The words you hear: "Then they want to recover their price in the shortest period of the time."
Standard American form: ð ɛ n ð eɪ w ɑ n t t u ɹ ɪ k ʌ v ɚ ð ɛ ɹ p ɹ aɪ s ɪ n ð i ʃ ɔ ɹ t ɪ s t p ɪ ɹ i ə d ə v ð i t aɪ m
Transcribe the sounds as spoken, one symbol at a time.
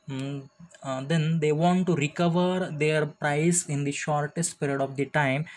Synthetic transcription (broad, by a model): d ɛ n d eɪ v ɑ n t t u ɹ ɪ k ʌ v ɚ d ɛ ɹ p ɹ aɪ s ɪ n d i ʃ ɔ ɹ t ɪ s t p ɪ ɹ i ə d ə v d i t aɪ m